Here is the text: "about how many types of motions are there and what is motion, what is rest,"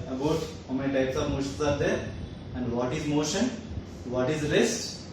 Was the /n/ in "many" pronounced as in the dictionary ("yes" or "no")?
no